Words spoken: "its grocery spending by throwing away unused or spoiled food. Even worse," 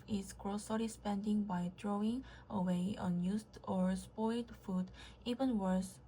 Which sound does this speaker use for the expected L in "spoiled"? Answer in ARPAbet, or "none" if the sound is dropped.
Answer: L